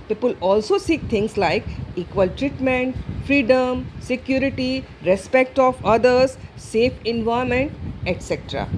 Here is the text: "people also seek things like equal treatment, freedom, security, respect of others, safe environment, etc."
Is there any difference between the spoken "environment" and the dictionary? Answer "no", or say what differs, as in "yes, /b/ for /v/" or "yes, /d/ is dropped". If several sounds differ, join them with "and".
yes, /ɹ/ is dropped and /n/ is dropped